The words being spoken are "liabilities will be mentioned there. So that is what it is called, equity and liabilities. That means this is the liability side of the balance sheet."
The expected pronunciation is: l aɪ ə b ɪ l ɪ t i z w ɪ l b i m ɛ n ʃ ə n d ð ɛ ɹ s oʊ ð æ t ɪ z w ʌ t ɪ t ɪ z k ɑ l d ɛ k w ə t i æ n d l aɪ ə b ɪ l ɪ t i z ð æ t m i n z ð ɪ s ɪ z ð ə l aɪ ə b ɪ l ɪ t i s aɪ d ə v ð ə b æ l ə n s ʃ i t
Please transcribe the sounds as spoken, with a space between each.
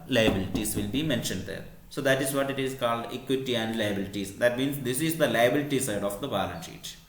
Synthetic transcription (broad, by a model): l aɪ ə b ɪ l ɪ t i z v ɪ l b i m ɛ n ʃ ə n d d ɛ ɹ s oʊ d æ t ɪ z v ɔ t ɪ t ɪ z k ɑ l d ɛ k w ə t i æ n d l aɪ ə b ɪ l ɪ t i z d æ t m i n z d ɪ s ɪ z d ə l aɪ ə b ɪ l ɪ t i s aɪ d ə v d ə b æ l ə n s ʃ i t